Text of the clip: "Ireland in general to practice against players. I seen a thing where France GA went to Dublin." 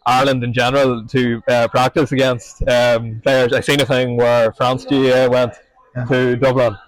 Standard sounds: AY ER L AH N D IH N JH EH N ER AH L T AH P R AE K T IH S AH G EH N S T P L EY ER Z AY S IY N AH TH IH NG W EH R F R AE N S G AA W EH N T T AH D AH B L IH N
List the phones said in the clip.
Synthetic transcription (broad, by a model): AY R L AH N D IH N JH EH N ER AH L T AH P R AE K T IH S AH G EH N S T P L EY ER AY S IY N AH TH IH NG W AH R F R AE N S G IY W EH N T T AH D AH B L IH N